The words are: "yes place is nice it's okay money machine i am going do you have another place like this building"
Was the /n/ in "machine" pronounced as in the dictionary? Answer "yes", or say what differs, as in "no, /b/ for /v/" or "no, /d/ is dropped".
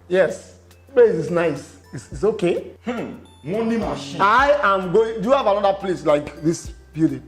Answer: no, /n/ is dropped